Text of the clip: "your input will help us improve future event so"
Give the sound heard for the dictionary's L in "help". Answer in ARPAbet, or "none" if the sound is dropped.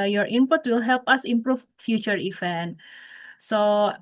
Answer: L